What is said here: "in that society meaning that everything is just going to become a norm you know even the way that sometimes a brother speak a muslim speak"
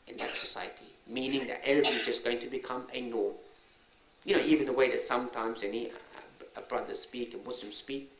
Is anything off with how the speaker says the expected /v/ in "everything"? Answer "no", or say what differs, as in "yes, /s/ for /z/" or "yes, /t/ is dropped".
yes, /v/ is dropped